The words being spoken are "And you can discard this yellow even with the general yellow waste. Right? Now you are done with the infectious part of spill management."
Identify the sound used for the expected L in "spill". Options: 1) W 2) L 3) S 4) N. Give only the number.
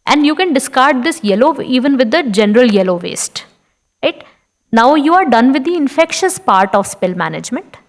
2